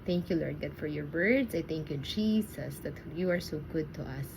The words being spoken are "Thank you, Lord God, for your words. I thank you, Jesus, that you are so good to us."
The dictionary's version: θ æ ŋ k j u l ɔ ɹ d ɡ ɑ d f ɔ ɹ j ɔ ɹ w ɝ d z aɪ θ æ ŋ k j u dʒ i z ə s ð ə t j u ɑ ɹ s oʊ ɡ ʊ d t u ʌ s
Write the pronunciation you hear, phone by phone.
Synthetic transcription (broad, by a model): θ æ ŋ k j u l ɔ ɹ d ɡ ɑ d f ɔ ɹ j ɔ ɹ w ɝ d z aɪ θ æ ŋ k j u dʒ i s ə s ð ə t j u ɑ ɹ s oʊ ɡ ʊ d t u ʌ s